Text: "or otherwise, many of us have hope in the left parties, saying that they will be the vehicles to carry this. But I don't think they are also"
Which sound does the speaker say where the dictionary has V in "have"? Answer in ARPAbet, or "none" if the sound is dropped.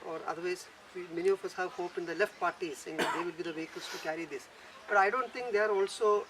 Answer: V